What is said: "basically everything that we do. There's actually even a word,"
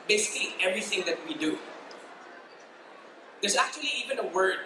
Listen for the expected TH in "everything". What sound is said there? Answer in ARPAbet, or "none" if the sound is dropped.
TH